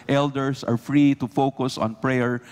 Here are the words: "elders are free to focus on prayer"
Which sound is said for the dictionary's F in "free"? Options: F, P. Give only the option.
F